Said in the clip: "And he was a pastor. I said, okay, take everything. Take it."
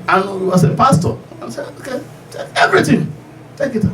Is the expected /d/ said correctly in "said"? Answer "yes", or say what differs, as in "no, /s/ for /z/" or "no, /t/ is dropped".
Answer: no, /d/ is dropped